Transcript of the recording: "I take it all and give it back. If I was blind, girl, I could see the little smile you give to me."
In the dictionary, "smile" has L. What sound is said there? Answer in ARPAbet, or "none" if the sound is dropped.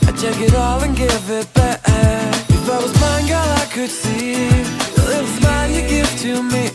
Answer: N